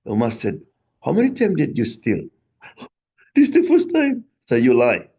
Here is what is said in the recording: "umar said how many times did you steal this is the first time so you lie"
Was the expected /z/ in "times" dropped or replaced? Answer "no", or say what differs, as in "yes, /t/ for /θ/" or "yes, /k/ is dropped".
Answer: yes, /z/ is dropped